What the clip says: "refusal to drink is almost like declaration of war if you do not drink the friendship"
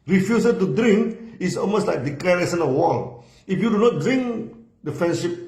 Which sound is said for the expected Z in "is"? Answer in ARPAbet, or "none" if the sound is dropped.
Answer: S